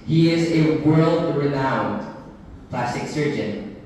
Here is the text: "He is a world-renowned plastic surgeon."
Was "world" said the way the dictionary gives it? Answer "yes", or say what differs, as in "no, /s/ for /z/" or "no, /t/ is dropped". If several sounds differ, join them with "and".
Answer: yes